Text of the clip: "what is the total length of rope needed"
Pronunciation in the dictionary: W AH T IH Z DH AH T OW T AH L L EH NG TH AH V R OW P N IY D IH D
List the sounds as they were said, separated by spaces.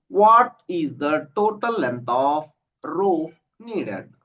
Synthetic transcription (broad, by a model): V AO T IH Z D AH T OW T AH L L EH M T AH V R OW F N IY D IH D